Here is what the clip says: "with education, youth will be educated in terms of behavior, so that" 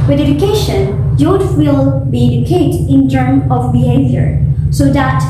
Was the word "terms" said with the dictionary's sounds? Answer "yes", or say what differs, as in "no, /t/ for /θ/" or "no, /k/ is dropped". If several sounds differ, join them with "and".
no, /z/ is dropped